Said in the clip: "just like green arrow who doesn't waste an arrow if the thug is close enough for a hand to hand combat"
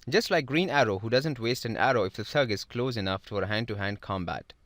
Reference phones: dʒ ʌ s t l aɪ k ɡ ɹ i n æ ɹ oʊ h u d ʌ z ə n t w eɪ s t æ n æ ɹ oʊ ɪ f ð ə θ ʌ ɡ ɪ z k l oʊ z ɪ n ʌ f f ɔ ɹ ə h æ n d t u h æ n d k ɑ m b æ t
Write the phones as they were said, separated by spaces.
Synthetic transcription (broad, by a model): dʒ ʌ s t l aɪ k ɡ ɹ i n æ ɹ oʊ h u d ʌ z ə n t w eɪ s t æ n æ ɹ oʊ ɪ f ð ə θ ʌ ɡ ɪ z k l oʊ z ɪ n ʌ f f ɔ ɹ ə h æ n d t u h æ n d k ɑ m b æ t